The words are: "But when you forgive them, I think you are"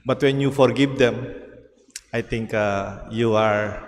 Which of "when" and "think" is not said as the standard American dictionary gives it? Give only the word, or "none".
think